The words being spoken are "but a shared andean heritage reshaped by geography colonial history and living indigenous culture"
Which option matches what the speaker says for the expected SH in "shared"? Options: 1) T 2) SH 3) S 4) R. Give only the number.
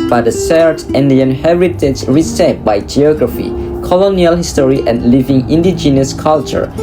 3